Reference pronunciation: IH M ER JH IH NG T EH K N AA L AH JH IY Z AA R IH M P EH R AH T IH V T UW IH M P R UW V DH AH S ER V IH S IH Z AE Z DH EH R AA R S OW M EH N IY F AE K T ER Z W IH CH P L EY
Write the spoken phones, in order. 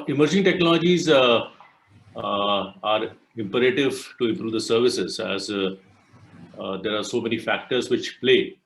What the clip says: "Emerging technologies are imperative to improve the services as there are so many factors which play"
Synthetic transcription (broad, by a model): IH M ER JH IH NG T EH K N AA L AH JH IY Z AA R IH M P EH R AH T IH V T UW IH M P R UW V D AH S ER V IH S IH Z AE Z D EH R AA R S OW M EH N IY F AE K T ER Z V IH CH P L EY